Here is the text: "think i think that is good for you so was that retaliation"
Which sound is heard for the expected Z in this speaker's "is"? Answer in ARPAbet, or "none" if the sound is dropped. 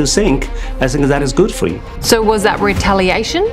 Z